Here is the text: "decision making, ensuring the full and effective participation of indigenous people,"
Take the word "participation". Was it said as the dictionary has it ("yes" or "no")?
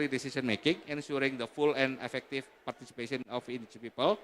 no